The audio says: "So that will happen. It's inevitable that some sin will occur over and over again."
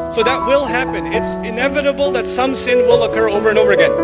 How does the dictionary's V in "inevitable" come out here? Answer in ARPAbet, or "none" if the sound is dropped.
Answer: V